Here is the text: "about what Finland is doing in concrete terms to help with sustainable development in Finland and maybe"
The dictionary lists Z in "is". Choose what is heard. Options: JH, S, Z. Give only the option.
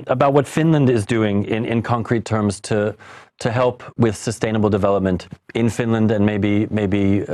Z